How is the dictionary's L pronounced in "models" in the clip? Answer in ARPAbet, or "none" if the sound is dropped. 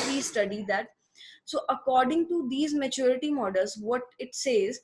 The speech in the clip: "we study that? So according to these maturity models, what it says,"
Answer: L